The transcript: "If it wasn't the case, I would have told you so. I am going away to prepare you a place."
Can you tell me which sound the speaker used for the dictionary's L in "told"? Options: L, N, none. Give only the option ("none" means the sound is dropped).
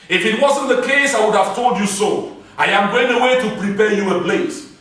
L